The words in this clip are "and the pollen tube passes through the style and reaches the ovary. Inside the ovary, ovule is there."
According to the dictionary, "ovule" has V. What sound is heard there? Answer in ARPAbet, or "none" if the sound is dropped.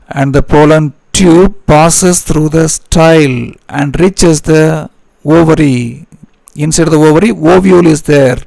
V